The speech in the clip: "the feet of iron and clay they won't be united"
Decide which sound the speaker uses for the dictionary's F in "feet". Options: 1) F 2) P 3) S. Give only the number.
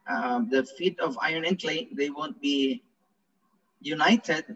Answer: 1